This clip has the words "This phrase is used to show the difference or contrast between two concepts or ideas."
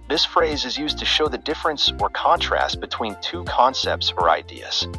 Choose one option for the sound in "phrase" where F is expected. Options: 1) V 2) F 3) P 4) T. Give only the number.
2